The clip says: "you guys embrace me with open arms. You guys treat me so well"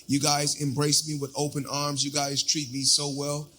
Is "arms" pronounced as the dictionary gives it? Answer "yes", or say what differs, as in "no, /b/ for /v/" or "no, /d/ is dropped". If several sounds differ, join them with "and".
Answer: yes